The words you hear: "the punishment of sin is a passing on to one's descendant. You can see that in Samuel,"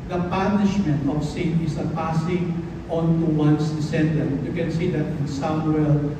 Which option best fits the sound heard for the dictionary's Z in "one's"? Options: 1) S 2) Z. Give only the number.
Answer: 1